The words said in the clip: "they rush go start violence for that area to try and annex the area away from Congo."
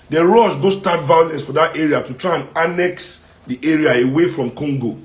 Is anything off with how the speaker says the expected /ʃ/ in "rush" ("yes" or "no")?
yes